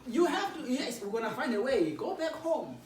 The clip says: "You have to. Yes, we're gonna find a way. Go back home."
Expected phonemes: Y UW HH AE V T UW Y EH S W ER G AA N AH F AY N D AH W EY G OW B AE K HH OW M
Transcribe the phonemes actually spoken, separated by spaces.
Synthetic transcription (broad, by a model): Y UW HH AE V T UW Y EH S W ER G AA N AH F AY N D AH W EY G OW B AE K HH OW M